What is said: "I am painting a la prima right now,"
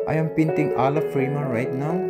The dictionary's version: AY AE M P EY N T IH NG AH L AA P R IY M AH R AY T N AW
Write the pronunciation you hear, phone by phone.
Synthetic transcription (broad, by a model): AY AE M P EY N T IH NG AH L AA F R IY M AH R AY T N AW